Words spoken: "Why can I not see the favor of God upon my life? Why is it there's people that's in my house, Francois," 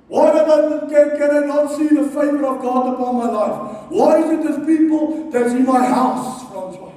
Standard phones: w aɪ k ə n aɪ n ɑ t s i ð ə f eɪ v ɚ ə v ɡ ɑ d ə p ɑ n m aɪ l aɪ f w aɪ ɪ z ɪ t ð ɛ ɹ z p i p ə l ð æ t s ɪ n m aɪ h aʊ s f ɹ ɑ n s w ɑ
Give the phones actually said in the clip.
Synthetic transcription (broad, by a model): w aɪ k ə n aɪ n ɑ t s i ð ə f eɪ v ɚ ə v ɡ ɑ d ə p ɑ n m aɪ l aɪ f w aɪ ɪ z ɪ t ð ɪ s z p i p ə l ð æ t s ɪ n m aɪ h aʊ s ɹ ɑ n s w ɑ